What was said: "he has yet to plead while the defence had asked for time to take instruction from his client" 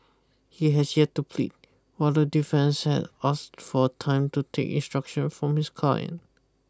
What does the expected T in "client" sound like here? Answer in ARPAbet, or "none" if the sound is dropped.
none